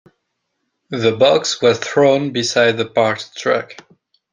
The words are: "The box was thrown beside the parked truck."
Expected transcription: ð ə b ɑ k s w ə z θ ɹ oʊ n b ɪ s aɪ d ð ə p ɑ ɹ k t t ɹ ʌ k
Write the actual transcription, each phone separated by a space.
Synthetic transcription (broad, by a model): ð ə b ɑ k s w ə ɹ θ ɹ oʊ n b ɪ s aɪ d ð ə p ɑ ɹ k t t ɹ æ k